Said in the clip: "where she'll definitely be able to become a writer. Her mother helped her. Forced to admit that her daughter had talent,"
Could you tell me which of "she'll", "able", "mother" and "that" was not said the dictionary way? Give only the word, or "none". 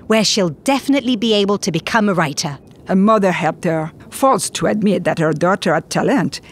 none